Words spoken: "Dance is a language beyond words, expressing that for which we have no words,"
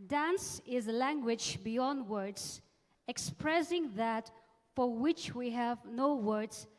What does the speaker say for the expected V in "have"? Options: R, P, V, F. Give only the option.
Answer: V